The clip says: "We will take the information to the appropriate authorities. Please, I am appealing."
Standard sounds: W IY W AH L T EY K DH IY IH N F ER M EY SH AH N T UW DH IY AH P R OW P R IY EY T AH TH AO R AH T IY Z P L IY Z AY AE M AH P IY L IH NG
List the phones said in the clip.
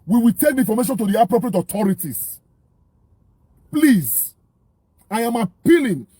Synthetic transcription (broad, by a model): W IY W AH L T EY K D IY F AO M EY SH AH N T UW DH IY AH P R OW P R IY EY T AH T AO R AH T IY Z P L IY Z AY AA M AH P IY L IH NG